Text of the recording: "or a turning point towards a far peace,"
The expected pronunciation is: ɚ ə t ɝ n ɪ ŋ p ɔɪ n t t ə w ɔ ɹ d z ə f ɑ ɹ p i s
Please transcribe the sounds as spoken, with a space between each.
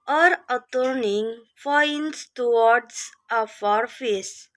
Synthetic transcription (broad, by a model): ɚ ə t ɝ n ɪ ŋ f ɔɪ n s t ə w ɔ ɹ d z ə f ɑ ɹ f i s